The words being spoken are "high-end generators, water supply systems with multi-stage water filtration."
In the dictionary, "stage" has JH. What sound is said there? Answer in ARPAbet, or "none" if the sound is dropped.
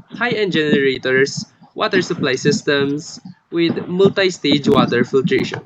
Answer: JH